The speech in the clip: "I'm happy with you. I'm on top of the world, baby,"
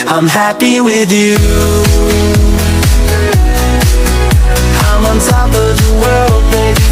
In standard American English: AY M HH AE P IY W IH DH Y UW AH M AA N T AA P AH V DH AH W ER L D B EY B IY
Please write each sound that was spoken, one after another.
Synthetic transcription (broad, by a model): AY M HH AE P IY W IH DH Y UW AH M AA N S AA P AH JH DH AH W ER L D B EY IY